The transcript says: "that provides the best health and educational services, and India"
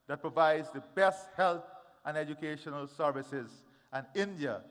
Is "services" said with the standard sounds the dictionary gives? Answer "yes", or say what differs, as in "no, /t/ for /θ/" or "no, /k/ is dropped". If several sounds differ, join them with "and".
yes